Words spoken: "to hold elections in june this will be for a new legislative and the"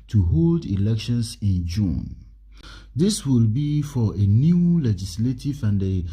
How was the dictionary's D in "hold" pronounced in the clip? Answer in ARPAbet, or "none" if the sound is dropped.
D